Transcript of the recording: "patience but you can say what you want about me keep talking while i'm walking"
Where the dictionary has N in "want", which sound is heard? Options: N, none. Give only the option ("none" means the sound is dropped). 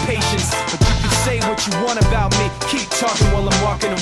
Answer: none